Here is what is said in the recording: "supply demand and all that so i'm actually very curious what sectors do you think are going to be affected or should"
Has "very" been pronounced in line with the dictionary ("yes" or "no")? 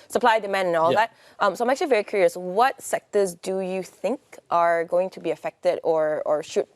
yes